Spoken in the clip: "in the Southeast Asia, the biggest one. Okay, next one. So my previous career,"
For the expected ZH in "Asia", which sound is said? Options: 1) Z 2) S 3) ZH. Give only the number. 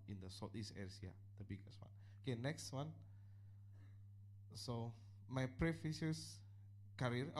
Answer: 2